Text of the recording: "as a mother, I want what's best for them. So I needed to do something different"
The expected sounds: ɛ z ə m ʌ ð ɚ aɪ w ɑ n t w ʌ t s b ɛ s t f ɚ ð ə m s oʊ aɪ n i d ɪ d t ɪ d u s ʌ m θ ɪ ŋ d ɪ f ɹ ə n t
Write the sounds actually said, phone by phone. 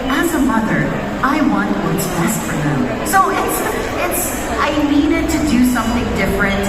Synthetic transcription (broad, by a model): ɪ z ə m ʌ ð ɚ aɪ w ɑ n t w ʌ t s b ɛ s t f ɚ ð ə m s oʊ aɪ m i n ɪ t ɪ d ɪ s ʌ m θ ɪ ŋ d ɪ f ɹ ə n t